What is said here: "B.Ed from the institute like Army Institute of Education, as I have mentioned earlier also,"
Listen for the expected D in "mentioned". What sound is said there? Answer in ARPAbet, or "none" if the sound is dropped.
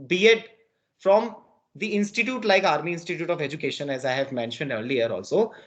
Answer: D